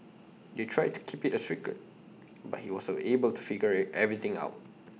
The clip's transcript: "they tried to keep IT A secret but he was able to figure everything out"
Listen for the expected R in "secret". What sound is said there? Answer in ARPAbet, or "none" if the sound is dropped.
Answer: none